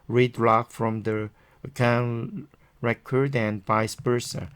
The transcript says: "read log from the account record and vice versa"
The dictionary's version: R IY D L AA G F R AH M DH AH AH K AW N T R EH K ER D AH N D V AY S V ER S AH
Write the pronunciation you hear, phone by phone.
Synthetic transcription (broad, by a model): R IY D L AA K F R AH M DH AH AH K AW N R EH K ER D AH N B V AY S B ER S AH